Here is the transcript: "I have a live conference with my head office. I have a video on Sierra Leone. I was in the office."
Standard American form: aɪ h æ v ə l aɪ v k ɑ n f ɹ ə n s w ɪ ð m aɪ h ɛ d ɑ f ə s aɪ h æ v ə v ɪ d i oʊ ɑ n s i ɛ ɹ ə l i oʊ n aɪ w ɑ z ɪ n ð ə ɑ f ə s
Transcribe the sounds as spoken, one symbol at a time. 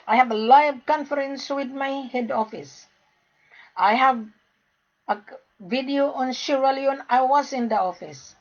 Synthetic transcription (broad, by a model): aɪ h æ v ə l aɪ v k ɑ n f ɹ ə n s w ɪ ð m aɪ h ɛ d ɑ f ə s aɪ h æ v ə v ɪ d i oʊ ɑ n ʃ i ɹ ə l i oʊ n aɪ w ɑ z ɪ n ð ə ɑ f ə s